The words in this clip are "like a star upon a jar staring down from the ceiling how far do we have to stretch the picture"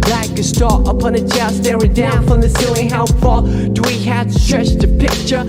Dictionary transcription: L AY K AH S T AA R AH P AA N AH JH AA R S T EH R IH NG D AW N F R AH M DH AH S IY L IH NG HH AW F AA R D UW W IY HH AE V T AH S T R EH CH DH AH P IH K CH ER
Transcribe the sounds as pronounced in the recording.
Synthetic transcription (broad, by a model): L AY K AH S T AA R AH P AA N AH CH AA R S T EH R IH D AW N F R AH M DH AH S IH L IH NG HH AW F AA L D W IY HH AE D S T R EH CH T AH P IH K CH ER